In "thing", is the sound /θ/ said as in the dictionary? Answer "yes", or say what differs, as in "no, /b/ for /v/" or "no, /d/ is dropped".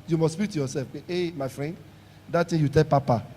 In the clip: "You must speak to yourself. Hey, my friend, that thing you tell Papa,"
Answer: no, /t/ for /θ/